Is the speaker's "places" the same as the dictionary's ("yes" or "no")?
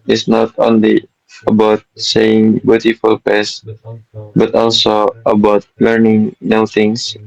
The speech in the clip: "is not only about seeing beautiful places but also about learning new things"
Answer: no